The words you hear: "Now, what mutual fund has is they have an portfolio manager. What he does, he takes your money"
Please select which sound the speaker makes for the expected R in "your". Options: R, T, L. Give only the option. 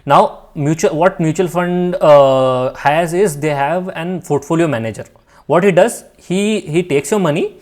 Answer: R